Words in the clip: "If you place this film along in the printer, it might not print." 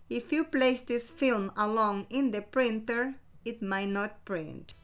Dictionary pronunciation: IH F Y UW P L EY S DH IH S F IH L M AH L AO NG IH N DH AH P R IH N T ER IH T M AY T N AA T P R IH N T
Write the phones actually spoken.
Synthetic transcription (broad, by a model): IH F Y UW P L EY S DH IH S F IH L M AH L AO NG IH N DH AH P R IH N T ER IH T M AY T N AA T P R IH N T